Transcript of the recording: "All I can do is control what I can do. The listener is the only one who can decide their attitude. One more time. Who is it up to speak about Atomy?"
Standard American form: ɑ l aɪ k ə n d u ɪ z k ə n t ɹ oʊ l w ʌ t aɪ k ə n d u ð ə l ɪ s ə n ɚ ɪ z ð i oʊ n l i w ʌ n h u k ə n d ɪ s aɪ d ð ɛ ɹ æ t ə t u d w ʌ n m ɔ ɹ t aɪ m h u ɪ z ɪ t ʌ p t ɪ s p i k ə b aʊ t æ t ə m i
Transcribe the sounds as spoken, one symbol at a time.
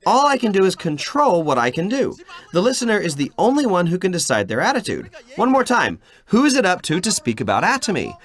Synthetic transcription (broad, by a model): ɑ l aɪ k ə n d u ɪ z k ə n t ɹ oʊ l w ʌ t aɪ k ə n d u ð ə l ɪ s ə n ɚ ɪ z ð i oʊ n l i w ʌ n h u k ə n d ɪ s aɪ d ð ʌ ɹ æ t ə t u d w ʌ n m ɔ ɹ t aɪ m h u ɪ z ɪ t ʌ p t ɪ s p i k ə b aʊ t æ t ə m i